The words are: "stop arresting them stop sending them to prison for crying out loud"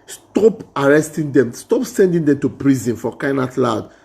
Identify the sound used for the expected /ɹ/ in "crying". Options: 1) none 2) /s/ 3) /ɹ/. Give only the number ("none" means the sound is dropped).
1